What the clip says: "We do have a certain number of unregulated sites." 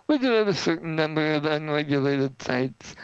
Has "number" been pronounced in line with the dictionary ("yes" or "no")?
yes